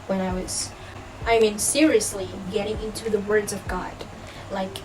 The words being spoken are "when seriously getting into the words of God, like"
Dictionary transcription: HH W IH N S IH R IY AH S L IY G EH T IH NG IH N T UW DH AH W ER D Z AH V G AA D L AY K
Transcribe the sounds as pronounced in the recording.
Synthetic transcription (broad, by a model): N W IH N S IH R IY AH S L IY G EH T IH NG IH N T UW DH AH W ER D Z AH V G AA D L AY K